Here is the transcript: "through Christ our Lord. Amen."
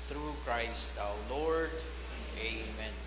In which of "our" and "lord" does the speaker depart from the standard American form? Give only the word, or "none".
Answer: our